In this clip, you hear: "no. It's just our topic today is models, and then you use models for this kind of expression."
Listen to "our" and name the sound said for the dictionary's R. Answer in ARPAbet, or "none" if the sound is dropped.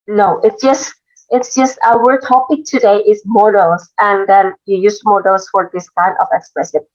W